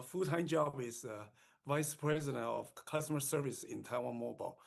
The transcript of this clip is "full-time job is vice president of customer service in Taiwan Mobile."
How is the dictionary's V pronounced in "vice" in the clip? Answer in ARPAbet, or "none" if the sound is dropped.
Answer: V